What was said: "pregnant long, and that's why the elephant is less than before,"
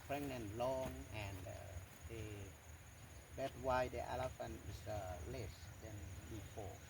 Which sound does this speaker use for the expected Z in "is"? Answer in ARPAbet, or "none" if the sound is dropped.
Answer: S